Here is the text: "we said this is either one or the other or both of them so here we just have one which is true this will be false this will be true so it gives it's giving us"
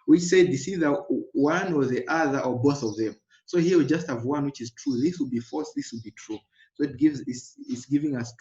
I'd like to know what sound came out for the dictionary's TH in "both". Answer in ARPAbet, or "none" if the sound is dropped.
TH